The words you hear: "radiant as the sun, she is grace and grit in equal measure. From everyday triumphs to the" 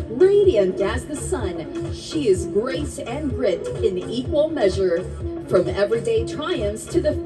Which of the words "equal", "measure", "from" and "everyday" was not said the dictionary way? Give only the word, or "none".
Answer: none